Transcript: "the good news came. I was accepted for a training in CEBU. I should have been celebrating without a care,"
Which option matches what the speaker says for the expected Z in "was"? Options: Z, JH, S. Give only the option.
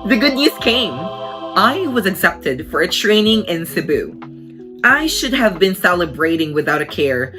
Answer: Z